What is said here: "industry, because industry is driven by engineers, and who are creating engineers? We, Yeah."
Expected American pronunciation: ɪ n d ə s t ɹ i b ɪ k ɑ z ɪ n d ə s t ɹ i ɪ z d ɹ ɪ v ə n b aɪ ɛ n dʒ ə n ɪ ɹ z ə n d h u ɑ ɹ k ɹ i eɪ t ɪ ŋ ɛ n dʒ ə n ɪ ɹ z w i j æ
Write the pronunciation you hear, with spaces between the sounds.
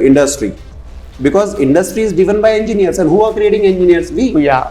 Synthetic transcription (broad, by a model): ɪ n d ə s t ɹ i b ɪ k ɑ z ɪ n d ə s t ɹ i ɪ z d ɪ v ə n b aɪ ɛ n dʒ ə n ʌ ɹ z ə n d h u ɑ ɹ k ɹ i eɪ t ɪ ŋ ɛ n dʒ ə n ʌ ɹ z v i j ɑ